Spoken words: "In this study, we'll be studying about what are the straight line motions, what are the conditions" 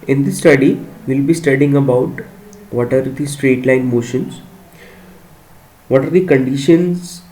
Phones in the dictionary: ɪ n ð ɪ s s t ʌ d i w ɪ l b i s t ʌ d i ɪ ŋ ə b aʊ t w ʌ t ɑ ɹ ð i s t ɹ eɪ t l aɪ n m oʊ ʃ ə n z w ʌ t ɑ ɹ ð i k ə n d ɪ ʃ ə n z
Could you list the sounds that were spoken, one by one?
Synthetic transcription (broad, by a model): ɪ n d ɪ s s t ʌ d i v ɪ l b i s t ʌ d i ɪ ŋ ə b aʊ t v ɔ t ɑ ɹ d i s t ɹ eɪ t l aɪ n m oʊ ʃ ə n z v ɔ t ɑ ɹ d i k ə n d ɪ ʃ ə n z